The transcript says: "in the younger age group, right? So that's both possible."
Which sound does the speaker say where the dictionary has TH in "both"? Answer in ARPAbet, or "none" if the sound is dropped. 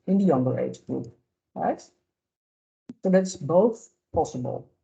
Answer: TH